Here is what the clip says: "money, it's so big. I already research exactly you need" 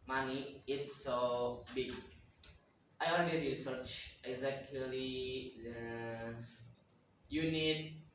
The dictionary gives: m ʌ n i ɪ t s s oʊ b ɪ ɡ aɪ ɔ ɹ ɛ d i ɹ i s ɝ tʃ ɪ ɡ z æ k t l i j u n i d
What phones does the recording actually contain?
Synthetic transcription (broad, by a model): m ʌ n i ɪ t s s oʊ b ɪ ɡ aɪ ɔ l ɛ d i ɹ i s ɝ tʃ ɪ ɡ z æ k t l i j u n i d